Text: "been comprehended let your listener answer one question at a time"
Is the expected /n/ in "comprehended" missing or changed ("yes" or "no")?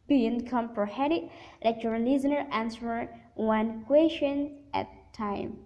yes